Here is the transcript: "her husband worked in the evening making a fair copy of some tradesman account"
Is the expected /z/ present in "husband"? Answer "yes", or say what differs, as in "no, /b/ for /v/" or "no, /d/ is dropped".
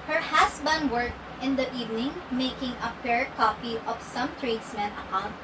no, /s/ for /z/